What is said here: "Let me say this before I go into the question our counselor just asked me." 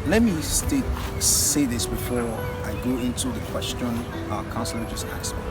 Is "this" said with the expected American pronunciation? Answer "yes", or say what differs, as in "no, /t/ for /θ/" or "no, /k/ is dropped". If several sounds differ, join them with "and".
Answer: yes